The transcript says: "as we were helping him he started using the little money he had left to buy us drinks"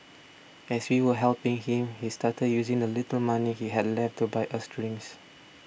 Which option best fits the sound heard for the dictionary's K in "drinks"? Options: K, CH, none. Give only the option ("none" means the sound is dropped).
none